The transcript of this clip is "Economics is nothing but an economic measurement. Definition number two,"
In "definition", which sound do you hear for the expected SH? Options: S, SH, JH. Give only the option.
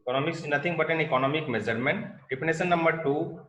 S